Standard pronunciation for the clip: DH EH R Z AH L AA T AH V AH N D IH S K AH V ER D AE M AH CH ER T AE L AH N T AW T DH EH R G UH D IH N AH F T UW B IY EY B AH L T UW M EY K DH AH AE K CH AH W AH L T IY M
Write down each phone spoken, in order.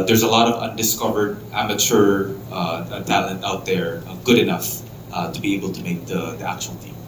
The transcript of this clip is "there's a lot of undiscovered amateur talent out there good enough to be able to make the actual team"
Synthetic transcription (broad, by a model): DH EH R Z AH L AA T AH V AH N D IH S K AH V ER D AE M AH CH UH T AE L AH N T AW T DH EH R G UH D IH N AH F T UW B IY EY B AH L T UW M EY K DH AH AE K CH AH W AH L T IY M